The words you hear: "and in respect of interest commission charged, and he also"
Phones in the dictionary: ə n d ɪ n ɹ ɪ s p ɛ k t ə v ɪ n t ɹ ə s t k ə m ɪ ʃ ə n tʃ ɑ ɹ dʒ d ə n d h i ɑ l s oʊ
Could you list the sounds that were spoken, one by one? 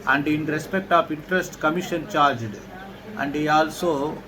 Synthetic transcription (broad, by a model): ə n d ɪ n ɹ ɪ s p ɛ k t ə p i n t ɹ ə s t k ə m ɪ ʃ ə n tʃ ɑ ɹ dʒ d ə n d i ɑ l s oʊ